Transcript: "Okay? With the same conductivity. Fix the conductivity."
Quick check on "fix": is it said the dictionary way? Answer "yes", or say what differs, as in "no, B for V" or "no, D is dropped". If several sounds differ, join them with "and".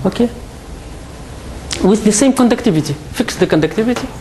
yes